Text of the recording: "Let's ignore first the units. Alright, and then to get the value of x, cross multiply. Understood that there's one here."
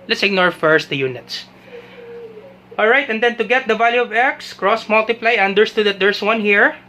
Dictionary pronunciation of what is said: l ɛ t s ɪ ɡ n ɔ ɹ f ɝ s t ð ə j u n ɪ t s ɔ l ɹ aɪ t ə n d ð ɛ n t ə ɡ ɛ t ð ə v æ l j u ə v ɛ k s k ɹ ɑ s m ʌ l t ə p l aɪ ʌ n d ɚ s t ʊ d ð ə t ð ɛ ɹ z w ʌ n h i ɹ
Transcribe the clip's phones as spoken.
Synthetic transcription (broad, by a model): l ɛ t s ɪ ɡ n ɔ ɹ f ɝ s t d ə j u n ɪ t s ɔ l ɹ aɪ t ə n d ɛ n t ə ɡ ɛ t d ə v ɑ l j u ə v ɛ k s k ɹ ɑ s m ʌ l t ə p l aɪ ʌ n d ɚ s t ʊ d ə t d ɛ ɹ s w ʌ n h i ɹ